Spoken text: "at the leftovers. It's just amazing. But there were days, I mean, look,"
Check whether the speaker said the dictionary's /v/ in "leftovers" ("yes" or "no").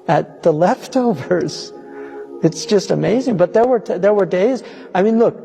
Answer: yes